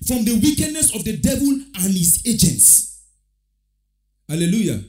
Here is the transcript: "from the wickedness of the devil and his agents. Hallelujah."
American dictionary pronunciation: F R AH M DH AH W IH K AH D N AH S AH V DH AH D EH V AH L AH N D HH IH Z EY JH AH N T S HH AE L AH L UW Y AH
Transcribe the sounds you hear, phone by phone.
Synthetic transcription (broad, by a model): F R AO M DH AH W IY K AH D N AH S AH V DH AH D EH V AH L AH N HH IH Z EY JH AH N T S HH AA L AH L UW Y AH